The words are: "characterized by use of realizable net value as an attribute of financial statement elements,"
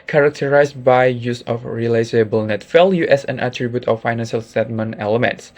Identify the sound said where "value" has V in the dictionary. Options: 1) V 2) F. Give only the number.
2